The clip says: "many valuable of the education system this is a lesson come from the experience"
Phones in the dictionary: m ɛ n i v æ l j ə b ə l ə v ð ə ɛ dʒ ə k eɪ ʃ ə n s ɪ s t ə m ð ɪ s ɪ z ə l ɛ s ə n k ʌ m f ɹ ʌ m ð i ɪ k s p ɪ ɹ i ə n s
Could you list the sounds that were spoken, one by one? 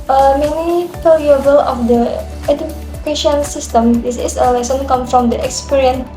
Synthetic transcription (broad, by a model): m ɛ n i f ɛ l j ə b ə l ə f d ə ɛ dʒ ə k eɪ ʃ ə n s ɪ s t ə m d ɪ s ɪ s ə l ɛ s ə n k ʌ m f ɹ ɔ m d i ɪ k s p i ɹ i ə n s